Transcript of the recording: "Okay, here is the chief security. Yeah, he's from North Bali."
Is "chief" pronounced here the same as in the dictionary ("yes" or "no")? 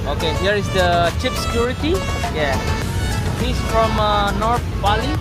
no